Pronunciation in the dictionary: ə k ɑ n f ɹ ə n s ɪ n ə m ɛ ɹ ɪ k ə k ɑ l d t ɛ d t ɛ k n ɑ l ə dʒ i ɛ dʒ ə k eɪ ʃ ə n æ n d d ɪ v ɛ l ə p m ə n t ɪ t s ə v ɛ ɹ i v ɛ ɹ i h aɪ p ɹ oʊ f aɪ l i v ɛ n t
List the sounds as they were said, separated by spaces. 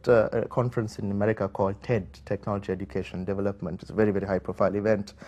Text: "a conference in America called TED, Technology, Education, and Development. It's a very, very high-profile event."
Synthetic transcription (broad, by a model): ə k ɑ n f ɹ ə n s ɪ n ə m ɛ ɹ ɪ k ə k ɑ l d t ɛ d t ɛ k n ɑ l ə dʒ i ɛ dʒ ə k eɪ ʃ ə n n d d ɪ v ɛ l ə p m ə n t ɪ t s ə v ɛ ɹ i v ɛ ɹ i h aɪ p ɹ oʊ f aɪ l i v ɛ n t